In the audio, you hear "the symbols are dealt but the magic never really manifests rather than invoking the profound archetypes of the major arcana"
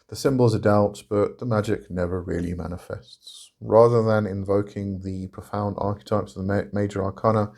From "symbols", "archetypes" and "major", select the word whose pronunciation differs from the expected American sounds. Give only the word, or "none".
none